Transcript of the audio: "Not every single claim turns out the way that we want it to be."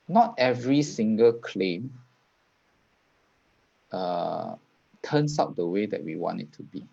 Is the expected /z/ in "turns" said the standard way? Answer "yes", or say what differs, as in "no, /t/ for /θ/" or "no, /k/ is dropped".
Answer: no, /s/ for /z/